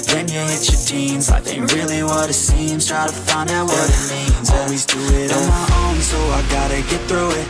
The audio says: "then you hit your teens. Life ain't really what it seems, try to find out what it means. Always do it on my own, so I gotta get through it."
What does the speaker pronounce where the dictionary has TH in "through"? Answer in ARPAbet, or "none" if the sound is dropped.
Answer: TH